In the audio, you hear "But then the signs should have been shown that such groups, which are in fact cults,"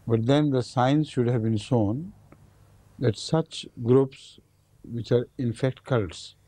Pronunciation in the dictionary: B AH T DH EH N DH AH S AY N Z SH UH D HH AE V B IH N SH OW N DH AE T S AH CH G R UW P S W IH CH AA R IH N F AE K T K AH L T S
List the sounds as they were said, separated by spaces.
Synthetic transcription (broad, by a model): B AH T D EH N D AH S AY N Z SH UH D HH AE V B IH N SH OW N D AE T S AH CH G R UW P S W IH CH AA R IH N F AE K T K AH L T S